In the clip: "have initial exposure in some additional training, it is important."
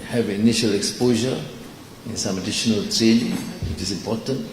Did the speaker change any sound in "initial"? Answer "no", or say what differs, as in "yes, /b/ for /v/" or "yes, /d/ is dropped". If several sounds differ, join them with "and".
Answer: no